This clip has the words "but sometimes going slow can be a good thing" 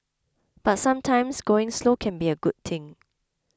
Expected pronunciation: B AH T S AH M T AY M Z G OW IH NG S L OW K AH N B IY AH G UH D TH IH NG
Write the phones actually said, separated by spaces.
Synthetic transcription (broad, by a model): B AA T S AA M T AY M S G OW IH NG S L OW K AH N B IY AH G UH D T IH NG